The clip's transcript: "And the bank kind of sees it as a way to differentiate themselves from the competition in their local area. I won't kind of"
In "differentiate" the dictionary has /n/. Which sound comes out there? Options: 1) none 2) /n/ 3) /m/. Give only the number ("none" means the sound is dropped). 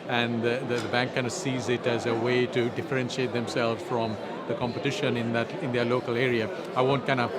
2